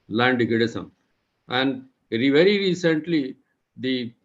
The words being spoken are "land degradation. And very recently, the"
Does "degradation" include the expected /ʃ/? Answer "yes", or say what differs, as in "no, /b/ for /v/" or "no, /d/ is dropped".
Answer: no, /s/ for /ʃ/